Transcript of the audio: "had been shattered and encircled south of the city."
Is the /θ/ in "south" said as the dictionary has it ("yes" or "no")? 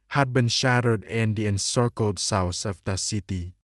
no